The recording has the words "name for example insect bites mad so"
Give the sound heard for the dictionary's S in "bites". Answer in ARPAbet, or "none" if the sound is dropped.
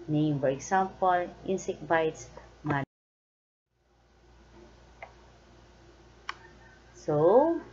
S